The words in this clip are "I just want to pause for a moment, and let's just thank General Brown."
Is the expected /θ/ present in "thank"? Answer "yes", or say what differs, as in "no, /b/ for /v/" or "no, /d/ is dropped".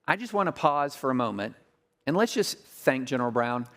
yes